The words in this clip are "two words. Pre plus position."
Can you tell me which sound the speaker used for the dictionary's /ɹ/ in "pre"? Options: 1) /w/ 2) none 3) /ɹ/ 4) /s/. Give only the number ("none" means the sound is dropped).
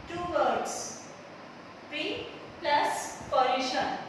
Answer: 2